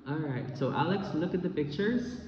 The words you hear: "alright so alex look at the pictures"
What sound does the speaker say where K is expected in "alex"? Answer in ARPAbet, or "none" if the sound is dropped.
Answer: K